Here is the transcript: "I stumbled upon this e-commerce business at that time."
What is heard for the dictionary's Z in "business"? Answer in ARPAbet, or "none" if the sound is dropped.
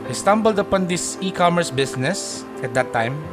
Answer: S